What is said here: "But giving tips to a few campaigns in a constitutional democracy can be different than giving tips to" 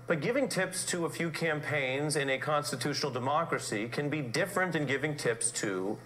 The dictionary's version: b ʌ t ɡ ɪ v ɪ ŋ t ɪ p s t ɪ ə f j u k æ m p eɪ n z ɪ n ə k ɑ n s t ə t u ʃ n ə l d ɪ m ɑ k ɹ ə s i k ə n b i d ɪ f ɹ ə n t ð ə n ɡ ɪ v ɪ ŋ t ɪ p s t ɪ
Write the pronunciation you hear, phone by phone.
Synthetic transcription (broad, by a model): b ʌ t ɡ ɪ v ɪ ŋ t ɪ p s t ɪ ə f j u k æ m p eɪ n z ɪ n ə k ɑ n s t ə t u ʃ n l d ɪ m ɑ k ɹ ə s i k ə n b i d ɪ f ɹ ə n t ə n ɡ ɪ v ɪ ŋ t ɪ p s t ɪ